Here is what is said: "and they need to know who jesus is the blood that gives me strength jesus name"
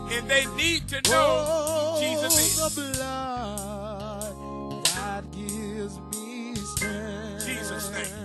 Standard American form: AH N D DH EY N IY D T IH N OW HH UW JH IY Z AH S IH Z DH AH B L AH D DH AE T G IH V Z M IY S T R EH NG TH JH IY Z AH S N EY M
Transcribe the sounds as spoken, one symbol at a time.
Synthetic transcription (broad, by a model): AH N DH EY N IY D T IH N OW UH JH IY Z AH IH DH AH B L AH D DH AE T G IH V Z M IY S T EH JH IY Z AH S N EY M